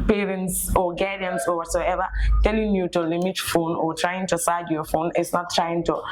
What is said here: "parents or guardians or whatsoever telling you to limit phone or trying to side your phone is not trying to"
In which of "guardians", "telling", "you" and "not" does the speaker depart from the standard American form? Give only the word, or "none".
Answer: guardians